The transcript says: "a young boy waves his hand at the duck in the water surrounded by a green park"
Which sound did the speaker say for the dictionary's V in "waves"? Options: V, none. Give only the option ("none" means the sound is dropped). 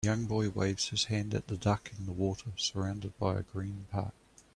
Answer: V